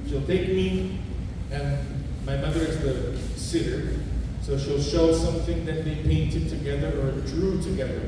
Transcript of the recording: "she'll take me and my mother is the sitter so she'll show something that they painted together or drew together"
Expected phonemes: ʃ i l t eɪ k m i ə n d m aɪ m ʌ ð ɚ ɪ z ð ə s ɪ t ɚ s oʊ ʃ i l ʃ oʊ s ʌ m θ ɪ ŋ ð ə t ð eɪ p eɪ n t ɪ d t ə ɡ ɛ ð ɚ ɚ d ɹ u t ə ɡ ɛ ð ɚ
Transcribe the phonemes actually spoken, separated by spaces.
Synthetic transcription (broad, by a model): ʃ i l t eɪ k m i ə n m aɪ m ʌ ð ɚ ɪ z ð ə s ɪ t ɚ s oʊ ʃ i l ʃ oʊ s ʌ m θ ɪ ŋ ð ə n ð eɪ p eɪ n t ɪ d t ə ɡ ɛ ð ɚ ɚ d ɹ u t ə ɡ ɛ ð ɚ